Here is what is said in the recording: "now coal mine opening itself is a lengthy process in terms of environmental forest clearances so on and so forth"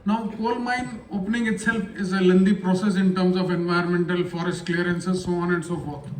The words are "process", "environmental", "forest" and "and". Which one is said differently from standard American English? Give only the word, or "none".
environmental